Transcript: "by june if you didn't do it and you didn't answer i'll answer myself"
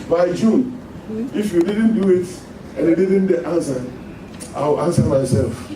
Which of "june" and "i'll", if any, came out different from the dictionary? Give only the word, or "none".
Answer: i'll